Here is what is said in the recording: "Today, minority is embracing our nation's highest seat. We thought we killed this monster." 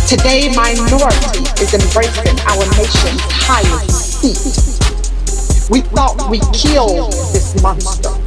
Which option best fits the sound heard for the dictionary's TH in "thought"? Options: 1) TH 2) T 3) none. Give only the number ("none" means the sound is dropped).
1